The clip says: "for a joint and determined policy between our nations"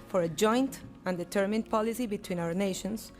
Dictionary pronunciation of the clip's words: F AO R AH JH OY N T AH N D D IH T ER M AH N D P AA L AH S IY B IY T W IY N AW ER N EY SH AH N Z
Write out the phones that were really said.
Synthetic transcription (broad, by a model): F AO R AH JH OY N T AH N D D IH T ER M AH N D P AA L AH S IY B IY T W IY N AW ER N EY SH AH N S